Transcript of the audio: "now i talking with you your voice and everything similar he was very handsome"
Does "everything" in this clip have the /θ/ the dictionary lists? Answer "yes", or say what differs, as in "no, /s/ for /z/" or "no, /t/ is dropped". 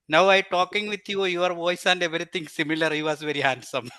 no, /t/ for /θ/